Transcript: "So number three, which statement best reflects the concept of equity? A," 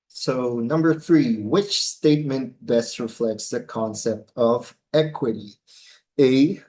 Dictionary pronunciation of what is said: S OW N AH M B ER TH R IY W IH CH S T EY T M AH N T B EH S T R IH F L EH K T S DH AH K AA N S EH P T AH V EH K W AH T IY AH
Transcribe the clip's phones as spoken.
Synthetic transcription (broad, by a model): S OW N AH M B ER TH R IY W IH CH S T EY T M AH N T B EH S T R IH F L EH K T S DH AH K AA N S EH P T AH V EH K W AH T IY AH